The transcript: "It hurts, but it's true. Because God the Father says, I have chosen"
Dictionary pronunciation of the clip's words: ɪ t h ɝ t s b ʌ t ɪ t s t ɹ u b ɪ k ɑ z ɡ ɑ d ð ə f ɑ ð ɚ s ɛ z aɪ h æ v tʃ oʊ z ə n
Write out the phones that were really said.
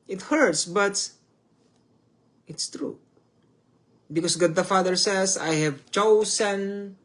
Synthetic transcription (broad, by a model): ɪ t h ɝ t s b ʌ t ɪ t s t ɹ u b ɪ k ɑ s ɡ ɑ d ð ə f ɑ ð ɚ s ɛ s aɪ h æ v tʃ oʊ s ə n